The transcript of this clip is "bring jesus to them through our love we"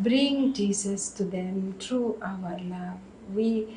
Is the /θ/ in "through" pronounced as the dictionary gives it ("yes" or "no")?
no